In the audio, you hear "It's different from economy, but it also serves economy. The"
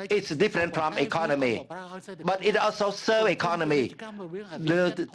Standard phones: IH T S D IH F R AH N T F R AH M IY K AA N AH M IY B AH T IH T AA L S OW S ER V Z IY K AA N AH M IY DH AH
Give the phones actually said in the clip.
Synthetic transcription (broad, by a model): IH T S D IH F R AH N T F R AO M IY K AA N AH M IY B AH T IH T AA L S OW S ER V IY K AA N AH M IY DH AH